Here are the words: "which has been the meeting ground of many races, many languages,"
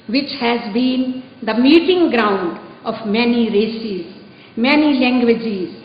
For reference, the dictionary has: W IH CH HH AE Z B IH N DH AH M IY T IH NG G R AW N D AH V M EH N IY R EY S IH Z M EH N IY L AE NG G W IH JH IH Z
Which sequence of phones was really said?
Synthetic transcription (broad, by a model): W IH CH HH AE Z B IH N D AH M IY T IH NG G R AW N D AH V M EH N IY R EY S IH Z M EH N IY L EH NG G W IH JH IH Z